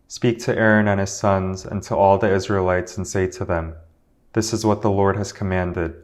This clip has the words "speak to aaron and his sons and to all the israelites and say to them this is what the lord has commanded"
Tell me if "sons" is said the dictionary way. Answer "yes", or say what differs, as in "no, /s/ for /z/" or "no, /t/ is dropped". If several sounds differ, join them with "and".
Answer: yes